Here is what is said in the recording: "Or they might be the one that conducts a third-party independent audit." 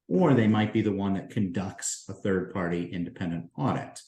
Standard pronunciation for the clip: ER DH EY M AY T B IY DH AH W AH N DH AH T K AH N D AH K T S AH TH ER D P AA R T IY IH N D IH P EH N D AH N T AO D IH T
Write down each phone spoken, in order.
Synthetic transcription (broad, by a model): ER DH EY M AY T B IY DH AH W AH N DH AH T K AH N D AH K T S AH TH ER D P AA R T IY IH N D IH P EH N D AH N T AO D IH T